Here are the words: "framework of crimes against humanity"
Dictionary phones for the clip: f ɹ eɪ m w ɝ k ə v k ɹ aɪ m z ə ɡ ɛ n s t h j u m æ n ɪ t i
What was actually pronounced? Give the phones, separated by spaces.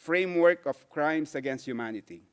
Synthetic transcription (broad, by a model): f ɹ eɪ m w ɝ k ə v k ɹ aɪ m s ə ɡ ɛ n s t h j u m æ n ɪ t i